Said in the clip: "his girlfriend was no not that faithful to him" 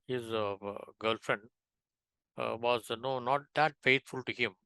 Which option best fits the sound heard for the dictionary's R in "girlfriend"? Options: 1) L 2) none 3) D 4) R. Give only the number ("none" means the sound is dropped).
4